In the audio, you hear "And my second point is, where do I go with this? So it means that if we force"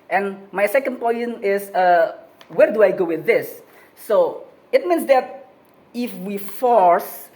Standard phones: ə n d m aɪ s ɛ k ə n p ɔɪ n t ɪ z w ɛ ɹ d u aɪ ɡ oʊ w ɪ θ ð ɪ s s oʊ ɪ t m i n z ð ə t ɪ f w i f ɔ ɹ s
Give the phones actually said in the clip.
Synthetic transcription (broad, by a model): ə n m aɪ s ɛ k ə n p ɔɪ n ɪ s w ɛ ɹ d u aɪ ɡ oʊ w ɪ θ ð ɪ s s oʊ ɪ t m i n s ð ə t ɪ f w i f ɔ ɹ s